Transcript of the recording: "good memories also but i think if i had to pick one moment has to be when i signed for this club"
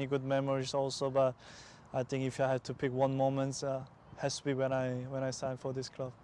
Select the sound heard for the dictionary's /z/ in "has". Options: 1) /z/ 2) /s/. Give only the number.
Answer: 2